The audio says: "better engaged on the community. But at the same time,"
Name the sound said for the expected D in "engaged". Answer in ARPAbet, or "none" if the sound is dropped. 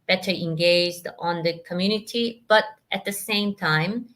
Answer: D